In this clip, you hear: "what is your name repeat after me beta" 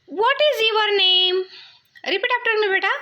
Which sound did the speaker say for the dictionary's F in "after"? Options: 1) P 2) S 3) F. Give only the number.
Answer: 1